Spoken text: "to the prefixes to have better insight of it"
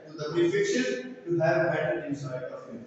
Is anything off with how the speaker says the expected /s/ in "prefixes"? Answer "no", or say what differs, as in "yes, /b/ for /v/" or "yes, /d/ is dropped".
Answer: yes, /ʃ/ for /s/